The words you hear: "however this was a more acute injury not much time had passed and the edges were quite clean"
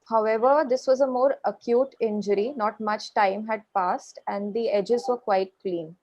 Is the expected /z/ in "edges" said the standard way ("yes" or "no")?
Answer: yes